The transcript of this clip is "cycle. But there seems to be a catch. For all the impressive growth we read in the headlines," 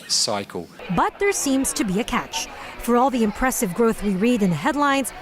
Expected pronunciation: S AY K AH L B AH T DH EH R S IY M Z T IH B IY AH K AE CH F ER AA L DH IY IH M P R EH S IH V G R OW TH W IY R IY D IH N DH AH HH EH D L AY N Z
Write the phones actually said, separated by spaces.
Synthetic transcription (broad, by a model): S AY K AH L B AH T DH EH R S IY M Z T IH B IY AH K AE CH F ER AA L DH IY IH M P R EH S IH V G R OW TH W IY R IY D IH N DH AH HH EH D L AY N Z